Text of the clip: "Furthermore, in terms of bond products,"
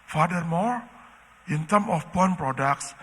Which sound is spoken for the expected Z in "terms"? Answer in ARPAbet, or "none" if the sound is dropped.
none